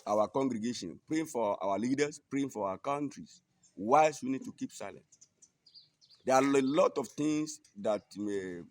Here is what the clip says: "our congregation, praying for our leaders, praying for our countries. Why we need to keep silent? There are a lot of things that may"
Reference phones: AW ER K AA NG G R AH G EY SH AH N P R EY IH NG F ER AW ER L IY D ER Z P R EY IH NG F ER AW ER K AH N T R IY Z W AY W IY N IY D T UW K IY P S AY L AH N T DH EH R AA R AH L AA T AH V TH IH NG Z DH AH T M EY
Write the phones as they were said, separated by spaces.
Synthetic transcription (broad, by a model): AW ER K AA NG G R AH G EY SH AH N P R EY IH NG F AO AW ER L IY D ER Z P R EY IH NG F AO AW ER K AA N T R IY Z W AY W IY N IY D T UW K IY P S AY L AH N T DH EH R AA L AH L AA T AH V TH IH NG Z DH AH T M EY